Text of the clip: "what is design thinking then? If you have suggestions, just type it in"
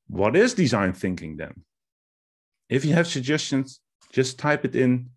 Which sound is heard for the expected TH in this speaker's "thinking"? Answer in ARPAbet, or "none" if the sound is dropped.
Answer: TH